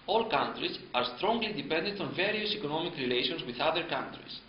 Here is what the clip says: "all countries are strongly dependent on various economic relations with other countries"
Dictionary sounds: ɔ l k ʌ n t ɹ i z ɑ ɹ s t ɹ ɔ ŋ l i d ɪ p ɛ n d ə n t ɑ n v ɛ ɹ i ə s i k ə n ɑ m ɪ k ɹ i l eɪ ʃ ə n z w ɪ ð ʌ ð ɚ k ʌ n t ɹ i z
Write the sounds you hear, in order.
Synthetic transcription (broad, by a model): ɔ l k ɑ n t ɹ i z ɑ ɹ s t ɹ ɔ ŋ l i d ɪ p ɛ n d ə n t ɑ n v ɛ ɹ i ə s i k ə n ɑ m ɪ k ɹ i l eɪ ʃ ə n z w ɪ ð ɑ ð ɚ k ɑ n t ɹ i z